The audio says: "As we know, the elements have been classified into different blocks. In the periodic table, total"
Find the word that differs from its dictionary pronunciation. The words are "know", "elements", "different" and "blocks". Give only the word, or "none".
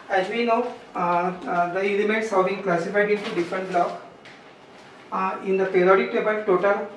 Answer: blocks